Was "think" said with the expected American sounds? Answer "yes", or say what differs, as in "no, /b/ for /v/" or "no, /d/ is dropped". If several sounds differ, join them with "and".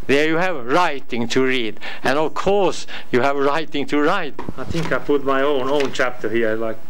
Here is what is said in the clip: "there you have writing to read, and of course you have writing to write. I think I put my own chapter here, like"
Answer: yes